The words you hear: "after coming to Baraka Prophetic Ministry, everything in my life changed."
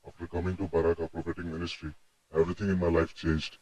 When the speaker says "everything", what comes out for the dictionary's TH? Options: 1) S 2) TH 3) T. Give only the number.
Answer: 3